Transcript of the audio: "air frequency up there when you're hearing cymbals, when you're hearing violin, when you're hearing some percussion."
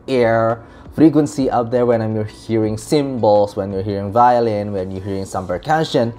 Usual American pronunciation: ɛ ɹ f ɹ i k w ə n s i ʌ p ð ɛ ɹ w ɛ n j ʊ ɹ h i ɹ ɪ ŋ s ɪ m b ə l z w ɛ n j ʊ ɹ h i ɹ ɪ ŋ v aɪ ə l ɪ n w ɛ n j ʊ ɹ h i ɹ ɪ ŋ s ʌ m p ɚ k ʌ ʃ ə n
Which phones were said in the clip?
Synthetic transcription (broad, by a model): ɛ ɹ f ɹ i k w ə n s i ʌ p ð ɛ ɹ w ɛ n j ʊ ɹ h i ɹ ɪ ŋ s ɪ m b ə l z w ɛ n j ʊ ɹ h i ɹ ɪ ŋ v aɪ ə l ɪ n w ɛ n j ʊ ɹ h i ɹ ɪ ŋ s ʌ m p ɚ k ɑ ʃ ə n